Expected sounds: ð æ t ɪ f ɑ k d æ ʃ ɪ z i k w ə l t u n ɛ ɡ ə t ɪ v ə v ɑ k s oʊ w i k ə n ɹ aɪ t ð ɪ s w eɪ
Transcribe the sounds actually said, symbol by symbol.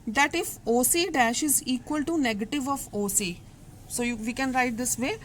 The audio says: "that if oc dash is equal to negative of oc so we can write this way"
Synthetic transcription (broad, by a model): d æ t ɪ f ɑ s d æ ʃ ɪ z i k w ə l t u n ɛ ɡ ə t ɪ v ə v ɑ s s oʊ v i k ə n ɹ aɪ t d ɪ s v eɪ